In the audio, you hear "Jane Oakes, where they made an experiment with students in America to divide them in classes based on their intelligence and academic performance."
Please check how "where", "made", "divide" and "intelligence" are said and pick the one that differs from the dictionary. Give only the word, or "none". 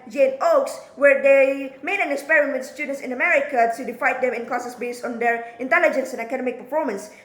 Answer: divide